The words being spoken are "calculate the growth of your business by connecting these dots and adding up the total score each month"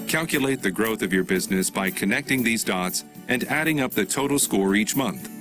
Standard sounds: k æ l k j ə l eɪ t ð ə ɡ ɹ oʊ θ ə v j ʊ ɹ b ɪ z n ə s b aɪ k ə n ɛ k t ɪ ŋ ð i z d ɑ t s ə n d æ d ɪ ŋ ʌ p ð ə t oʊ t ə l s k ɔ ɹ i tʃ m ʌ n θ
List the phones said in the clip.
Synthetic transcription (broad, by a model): k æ l k j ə l eɪ t ð ə ɡ ɹ oʊ θ ə v j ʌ ɹ b ɪ z n ə s b aɪ k ə n ɛ k t ɪ ŋ ð i z d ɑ t s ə n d æ d ɪ ŋ ʌ p ð ə t oʊ t l s k ɔ ɹ i tʃ m ʌ n θ